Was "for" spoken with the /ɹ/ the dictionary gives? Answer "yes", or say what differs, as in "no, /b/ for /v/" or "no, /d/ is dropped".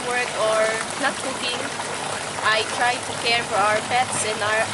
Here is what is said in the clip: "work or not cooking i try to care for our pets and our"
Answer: yes